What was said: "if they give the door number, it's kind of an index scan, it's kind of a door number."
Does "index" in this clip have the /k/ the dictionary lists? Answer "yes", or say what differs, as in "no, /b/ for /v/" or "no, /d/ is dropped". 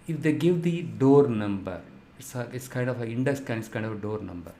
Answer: no, /k/ is dropped